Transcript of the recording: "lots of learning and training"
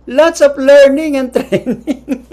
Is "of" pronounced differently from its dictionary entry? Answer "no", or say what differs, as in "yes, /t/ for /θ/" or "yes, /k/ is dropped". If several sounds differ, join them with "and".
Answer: yes, /p/ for /v/